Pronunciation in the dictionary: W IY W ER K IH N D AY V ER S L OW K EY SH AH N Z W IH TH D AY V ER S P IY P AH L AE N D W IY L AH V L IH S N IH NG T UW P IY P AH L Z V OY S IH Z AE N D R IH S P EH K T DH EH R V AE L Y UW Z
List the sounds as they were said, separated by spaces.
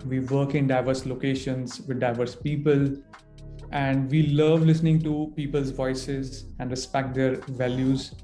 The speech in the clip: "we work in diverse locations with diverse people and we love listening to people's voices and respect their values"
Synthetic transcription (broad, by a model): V IY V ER K IH N D AY V ER S L OW K EY SH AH N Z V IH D D AY V ER S P IY P AH L AE N D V IY L AH V L IH S N IH NG T UW P IY P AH L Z V OY S IH Z AE N D R IH S P EH K T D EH R V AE L Y UW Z